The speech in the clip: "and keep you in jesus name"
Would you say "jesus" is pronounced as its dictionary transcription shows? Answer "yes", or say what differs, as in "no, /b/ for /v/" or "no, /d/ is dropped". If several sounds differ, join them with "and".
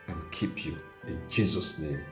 yes